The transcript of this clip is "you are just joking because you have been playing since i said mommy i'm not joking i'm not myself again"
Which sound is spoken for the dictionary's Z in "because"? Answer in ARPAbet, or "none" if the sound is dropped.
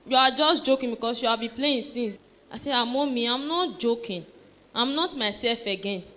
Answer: S